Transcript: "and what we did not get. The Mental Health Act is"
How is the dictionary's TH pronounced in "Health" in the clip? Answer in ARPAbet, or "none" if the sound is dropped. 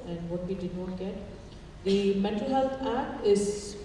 T